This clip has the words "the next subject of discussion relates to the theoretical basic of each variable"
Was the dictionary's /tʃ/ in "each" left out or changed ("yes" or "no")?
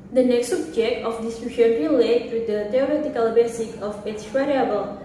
yes